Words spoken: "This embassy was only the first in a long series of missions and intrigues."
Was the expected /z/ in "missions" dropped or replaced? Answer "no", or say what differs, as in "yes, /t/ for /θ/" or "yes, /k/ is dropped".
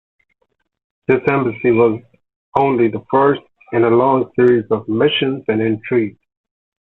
no